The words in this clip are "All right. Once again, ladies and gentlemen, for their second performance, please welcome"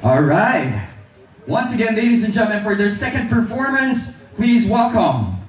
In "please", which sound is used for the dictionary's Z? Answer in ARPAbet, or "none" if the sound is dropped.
Z